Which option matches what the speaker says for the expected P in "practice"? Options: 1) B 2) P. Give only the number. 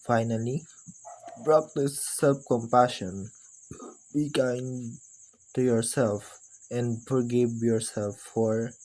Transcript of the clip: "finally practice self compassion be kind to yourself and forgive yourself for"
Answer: 1